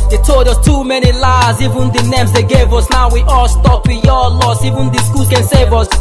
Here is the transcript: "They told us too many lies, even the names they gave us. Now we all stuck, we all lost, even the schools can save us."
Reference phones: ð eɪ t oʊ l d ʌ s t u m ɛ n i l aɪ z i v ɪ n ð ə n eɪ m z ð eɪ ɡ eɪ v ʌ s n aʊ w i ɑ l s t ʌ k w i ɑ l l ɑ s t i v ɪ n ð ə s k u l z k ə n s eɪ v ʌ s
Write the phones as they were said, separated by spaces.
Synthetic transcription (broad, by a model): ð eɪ t oʊ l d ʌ t u m ɛ n i l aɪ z i v ɪ n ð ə n eɪ m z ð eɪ ɡ eɪ v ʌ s n aʊ w i ɑ l s t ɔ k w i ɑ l l ɑ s i v ɪ n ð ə s k u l k ə n s eɪ v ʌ s